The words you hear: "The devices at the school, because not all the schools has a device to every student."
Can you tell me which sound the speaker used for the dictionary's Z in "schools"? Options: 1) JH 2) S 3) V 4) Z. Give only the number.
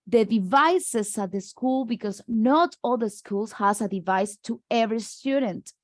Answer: 2